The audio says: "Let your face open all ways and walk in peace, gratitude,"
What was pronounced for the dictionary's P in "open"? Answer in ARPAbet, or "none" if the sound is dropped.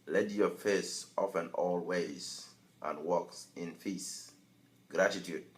F